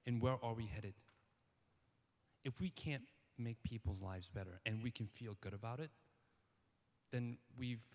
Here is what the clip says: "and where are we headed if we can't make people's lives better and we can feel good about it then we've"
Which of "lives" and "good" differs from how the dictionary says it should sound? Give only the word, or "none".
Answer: none